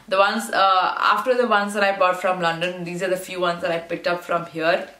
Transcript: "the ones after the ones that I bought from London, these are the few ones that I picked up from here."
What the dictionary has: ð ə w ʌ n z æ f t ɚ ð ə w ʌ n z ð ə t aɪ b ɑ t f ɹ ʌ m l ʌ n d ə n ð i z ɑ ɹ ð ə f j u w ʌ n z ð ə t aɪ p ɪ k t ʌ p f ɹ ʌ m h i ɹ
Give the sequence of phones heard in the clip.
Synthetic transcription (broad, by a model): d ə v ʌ n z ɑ f t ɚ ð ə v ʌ n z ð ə t aɪ b ɑ t f ɹ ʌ m l ʌ n d ə n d i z ɑ ɹ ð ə f j u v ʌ n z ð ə t aɪ p ɪ k t ʌ p f ɹ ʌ m h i ɹ